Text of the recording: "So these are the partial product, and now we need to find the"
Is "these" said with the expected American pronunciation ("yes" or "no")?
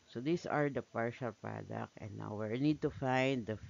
no